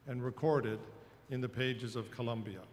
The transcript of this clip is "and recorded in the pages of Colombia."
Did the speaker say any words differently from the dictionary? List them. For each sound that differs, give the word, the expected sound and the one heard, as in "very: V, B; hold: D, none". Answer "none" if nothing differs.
none